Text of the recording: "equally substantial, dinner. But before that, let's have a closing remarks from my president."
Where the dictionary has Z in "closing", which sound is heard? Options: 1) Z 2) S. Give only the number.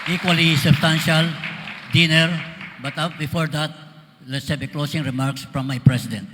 2